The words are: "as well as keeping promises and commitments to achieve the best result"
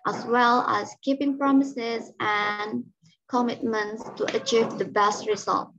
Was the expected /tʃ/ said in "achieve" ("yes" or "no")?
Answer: yes